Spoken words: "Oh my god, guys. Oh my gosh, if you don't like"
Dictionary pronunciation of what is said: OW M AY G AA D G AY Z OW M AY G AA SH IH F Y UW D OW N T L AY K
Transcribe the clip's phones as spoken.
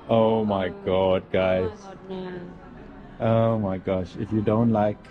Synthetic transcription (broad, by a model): OW M AY G AA D G AY Z OW M AY G AA SH IH F Y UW D OW N T L AY K